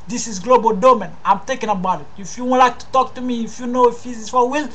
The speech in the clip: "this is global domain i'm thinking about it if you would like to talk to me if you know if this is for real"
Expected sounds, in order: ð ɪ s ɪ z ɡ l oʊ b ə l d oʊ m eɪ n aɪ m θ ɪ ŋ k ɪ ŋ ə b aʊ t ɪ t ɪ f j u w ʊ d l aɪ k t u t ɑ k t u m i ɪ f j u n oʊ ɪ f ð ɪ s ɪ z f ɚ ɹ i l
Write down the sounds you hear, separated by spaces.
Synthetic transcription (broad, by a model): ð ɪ s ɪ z ɡ l oʊ b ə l d oʊ m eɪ n aɪ m t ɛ k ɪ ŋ ə b aʊ t ɪ t ɪ f j u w l aɪ k t u t ɑ k t u m i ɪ f j u n oʊ ɪ f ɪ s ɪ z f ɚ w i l